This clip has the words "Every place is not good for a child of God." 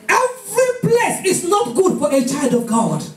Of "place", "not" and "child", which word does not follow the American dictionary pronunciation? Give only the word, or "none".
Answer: place